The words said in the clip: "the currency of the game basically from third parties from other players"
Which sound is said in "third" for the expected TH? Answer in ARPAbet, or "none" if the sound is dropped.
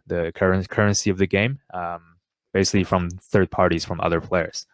TH